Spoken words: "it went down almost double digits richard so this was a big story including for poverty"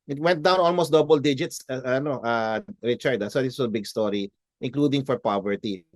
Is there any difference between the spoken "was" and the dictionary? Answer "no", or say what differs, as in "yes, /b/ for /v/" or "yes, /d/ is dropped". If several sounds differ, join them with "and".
yes, /s/ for /z/